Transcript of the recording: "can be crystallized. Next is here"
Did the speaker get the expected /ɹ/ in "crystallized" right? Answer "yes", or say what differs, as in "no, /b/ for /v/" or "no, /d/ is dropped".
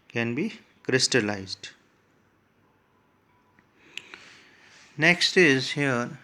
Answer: yes